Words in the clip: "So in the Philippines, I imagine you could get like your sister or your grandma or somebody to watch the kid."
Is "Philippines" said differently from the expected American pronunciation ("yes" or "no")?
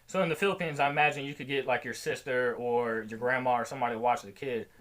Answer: no